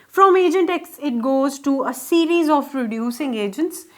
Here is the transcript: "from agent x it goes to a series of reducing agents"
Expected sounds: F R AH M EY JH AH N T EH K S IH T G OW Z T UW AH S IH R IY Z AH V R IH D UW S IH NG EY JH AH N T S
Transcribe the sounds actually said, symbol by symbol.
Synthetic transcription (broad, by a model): F R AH M EY JH AH N T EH K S IH T G OW Z T UW AH S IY R IY Z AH P R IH D UW S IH NG EY JH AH N T S